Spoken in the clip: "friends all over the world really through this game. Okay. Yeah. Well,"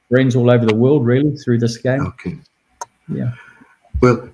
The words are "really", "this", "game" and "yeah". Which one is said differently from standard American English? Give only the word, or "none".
game